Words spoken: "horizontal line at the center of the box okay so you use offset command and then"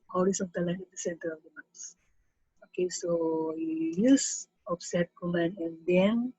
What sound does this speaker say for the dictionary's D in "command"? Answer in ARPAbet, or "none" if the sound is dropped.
none